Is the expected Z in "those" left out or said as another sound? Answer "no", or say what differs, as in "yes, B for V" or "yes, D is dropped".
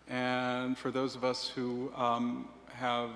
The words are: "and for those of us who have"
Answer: no